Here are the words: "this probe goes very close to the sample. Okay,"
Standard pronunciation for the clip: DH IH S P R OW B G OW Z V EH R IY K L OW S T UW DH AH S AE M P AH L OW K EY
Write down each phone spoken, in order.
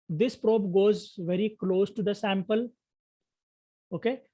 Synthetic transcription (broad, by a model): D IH S P R OW B G OW Z V EH R IY K L OW S T UW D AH S AE M P AH L OW K EY